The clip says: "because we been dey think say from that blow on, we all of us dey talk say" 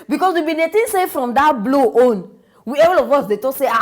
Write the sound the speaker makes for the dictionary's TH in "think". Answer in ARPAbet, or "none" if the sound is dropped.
T